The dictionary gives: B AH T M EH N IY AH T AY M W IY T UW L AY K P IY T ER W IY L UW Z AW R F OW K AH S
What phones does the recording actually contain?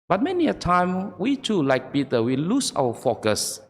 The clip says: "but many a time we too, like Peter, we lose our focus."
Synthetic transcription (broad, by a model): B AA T M EH N IY AH T AY M W IY T UW L AY K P IY T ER W IY L UW S AW W F OW K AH S